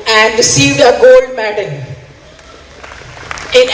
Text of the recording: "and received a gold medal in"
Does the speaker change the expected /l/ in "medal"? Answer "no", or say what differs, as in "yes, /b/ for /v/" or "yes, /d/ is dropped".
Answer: yes, /n/ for /l/